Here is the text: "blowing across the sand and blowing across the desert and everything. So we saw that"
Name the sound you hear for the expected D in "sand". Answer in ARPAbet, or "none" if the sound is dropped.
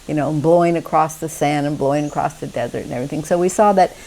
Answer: none